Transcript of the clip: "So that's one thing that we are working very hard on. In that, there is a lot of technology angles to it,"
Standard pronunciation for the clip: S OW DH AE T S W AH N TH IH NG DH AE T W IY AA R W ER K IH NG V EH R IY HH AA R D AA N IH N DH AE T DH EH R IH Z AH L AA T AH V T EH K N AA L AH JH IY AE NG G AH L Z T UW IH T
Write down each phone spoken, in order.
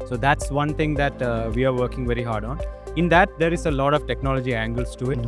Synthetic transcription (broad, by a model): S OW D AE T S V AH N T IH NG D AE T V IY AA R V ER K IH NG V EH R IY HH AA R D AA N IH N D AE T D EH R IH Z AH L AA T AH V T EH K N AA L AH JH IY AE NG G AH L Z T UW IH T